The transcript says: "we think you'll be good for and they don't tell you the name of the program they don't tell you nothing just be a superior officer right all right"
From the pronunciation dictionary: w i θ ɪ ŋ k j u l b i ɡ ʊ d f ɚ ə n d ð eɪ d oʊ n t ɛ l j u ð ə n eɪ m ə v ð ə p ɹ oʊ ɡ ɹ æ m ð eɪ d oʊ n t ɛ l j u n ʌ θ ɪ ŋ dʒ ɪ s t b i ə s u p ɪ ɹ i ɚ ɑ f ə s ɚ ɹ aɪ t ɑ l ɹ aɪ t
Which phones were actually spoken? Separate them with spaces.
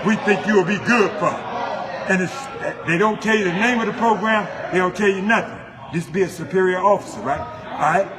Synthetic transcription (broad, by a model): w i θ ɪ ŋ k j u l b i ɡ ʊ d f ɚ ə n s ð eɪ d oʊ n t ɛ l j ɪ ð ə n eɪ m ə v ð ə p ɹ oʊ ɡ ɹ æ m ð eɪ d oʊ n t ɛ l j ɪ n ʌ θ ɪ ŋ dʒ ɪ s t b i ə s u p ɪ ɹ i ɚ ɑ f ə s ɚ ɹ aɪ t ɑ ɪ